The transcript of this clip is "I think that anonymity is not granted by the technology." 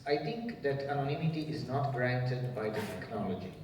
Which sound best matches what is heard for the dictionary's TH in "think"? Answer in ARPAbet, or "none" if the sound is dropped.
T